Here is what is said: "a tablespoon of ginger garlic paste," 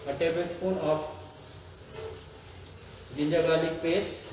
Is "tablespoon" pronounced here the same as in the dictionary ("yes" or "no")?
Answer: no